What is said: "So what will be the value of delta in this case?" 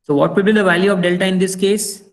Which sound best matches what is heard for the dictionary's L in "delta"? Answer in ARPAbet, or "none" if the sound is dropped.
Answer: L